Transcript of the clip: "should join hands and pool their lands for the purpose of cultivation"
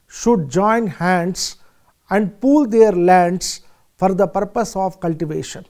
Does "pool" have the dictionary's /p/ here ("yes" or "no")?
yes